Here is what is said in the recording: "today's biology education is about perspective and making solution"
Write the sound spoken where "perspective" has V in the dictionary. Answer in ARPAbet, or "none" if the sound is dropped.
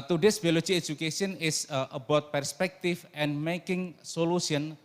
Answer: F